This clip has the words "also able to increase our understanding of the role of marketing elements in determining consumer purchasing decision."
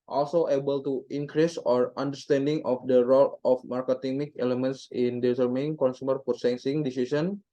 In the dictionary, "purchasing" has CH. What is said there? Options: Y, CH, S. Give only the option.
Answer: S